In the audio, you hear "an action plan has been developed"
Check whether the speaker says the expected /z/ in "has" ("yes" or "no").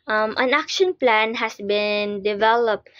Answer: no